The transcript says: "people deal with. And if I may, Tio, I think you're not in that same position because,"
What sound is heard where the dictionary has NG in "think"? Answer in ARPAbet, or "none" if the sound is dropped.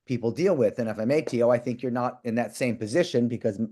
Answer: NG